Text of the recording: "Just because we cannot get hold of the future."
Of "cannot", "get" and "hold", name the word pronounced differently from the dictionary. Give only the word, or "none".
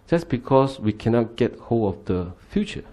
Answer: hold